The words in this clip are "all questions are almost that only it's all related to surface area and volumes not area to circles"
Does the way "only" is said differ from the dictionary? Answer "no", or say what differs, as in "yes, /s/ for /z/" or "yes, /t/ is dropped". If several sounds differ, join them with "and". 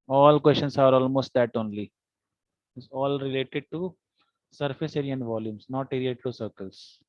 no